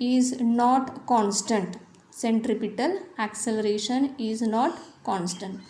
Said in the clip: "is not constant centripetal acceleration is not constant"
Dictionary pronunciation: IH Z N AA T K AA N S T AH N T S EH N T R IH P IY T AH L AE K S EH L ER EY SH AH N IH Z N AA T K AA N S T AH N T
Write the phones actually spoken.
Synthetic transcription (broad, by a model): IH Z N AA T K AA N S T AH N T S EH N T R IH P IY T AH L AE K S EH L ER EY SH AH N IH Z N AA T K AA N S T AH N T